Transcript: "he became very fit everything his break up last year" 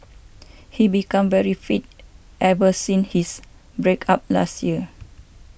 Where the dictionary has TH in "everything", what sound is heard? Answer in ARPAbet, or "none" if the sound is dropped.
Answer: S